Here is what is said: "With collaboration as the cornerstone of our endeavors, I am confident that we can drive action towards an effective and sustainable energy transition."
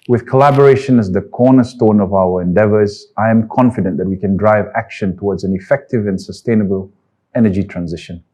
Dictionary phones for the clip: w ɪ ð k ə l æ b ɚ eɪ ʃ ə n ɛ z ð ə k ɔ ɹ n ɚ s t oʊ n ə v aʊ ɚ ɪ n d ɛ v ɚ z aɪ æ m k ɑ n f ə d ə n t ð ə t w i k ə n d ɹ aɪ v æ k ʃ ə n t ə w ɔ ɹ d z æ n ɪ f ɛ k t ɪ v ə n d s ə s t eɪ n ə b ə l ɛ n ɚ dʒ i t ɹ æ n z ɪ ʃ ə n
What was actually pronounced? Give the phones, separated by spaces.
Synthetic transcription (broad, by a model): w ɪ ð k ə l æ b ɚ eɪ ʃ ə n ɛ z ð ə k ɔ n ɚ s t oʊ n ə v aʊ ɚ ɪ n d ɛ v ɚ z aɪ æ m k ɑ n f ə d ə n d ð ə t w i k ə n d ɹ aɪ v æ k ʃ ə n t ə w ɔ d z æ n ɪ f ɛ k t ɪ v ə n s ə s t eɪ n ə b ə l ɛ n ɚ dʒ i t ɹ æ n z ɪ ʃ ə n